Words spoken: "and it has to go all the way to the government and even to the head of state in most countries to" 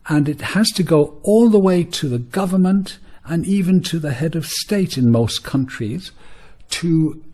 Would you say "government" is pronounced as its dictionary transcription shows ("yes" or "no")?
yes